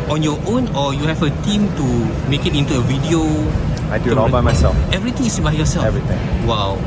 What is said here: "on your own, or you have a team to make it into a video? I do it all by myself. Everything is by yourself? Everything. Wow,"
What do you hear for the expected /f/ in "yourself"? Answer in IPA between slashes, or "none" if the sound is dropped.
none